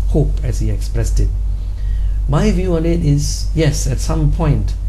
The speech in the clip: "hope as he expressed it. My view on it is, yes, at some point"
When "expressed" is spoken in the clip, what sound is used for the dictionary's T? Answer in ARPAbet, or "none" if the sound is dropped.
T